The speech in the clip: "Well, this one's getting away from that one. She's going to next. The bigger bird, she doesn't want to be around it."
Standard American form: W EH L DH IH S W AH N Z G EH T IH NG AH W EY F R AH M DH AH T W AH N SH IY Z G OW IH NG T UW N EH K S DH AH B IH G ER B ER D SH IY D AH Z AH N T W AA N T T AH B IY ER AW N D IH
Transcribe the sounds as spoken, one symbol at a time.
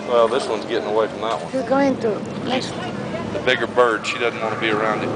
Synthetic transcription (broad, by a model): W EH L DH IH S W AH N Z G EH T IH NG AH W EY F R AH M DH AH T W AH N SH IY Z G OW IH NG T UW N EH S DH AH B IH G ER B ER D SH IY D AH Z N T W AA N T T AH B IY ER AW N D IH